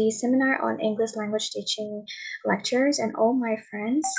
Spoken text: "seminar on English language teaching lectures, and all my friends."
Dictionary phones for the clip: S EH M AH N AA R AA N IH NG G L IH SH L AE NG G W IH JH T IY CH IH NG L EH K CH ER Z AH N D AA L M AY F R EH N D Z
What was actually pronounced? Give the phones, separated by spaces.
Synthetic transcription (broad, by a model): S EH M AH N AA R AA N IH NG G L IH SH L AE NG G W IH JH T IY CH IH NG L EH K CH ER Z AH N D AA L M AY F R EH N D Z